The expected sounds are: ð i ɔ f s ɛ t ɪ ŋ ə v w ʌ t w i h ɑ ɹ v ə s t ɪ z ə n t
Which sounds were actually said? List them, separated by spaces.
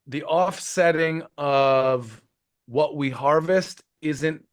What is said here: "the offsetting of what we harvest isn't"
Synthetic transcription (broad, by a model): ð i ɔ f s ɛ t ɪ ŋ ə v w ʌ t w i h ɑ ɹ v ə s t ɪ z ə n t